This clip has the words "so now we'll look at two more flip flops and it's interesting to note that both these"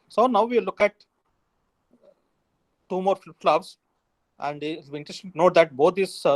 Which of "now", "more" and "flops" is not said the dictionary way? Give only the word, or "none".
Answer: flops